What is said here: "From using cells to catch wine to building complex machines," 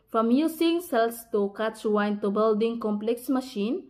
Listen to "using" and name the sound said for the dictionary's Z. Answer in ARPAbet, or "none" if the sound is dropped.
S